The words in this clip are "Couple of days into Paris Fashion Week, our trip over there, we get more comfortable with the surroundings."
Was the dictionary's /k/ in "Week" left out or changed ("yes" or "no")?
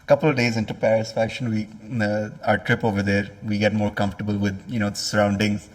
yes